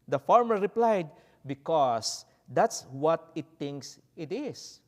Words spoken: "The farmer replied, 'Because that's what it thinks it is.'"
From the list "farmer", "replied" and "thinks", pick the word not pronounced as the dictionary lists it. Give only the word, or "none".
thinks